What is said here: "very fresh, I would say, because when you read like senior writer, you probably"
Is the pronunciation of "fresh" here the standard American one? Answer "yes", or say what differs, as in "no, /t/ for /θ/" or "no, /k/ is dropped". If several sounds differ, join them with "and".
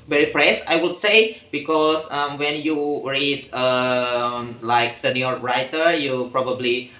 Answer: no, /s/ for /ʃ/